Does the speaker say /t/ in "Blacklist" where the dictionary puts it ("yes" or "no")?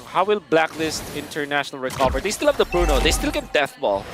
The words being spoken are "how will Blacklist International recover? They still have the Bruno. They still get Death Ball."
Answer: yes